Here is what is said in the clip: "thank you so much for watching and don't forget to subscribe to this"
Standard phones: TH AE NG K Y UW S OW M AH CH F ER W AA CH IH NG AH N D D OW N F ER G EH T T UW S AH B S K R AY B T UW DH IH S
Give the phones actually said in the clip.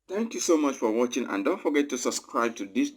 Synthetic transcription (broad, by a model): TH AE NG K Y UW S OW M AH CH F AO W AA CH IH NG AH N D D OW N F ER G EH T T UW S AH B S K R AY B T UW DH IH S